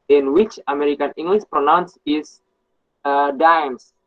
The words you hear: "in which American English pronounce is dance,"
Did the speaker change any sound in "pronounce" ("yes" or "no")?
no